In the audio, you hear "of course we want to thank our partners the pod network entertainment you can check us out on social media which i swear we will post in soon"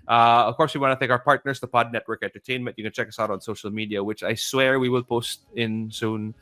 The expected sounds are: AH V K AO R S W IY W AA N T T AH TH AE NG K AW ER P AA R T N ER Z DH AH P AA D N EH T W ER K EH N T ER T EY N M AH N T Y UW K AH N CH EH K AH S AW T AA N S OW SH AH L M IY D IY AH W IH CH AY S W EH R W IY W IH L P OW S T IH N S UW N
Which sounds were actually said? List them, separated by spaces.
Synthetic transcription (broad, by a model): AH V K AO R S W IY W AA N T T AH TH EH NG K AW ER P AA R T N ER S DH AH P AA D N EH T W ER K EH N T ER T EY N M AH N T Y UW K AH N CH EH K AH S AW T AA N S OW SH AH L M IY D IY AH W IH CH AY S W EH R W IY W IH L P OW S T IH N S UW N